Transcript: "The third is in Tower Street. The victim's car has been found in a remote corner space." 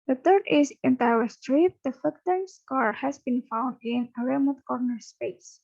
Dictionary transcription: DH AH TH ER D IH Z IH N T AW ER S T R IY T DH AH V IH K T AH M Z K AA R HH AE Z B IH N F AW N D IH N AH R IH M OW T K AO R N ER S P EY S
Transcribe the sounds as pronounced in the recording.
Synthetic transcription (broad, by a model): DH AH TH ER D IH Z IH N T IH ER S T R IY T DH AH F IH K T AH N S K AA R HH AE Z B IH N F AW N D IH N AH R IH M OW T K AO R N ER S P EY S